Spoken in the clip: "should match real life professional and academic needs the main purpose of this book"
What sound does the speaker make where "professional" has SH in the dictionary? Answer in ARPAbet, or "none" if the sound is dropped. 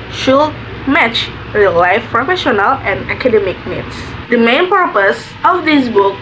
SH